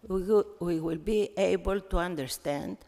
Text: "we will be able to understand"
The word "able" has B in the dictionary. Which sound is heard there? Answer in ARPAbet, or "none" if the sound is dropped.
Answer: B